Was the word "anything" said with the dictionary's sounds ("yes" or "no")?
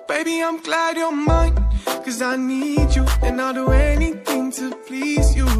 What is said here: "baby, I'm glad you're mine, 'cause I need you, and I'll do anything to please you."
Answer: yes